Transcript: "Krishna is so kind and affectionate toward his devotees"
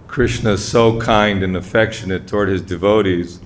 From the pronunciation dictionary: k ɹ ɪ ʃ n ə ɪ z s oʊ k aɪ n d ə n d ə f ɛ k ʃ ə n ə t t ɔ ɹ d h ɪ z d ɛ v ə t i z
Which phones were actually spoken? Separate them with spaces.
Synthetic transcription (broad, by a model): k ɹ ɪ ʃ n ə ɪ z s oʊ k aɪ n d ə n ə f ɛ k ʃ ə n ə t t ɔ ɹ d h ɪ z d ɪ v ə t i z